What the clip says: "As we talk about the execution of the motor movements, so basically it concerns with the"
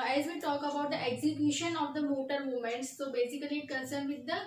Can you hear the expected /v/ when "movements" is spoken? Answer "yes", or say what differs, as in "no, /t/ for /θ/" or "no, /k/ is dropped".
no, /v/ is dropped